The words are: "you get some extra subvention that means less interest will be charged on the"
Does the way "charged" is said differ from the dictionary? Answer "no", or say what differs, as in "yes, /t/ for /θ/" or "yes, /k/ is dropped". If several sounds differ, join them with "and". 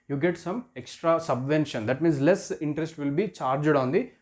no